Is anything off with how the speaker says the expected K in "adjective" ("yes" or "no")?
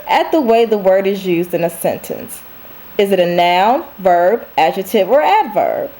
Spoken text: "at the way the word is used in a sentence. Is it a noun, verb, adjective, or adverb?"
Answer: yes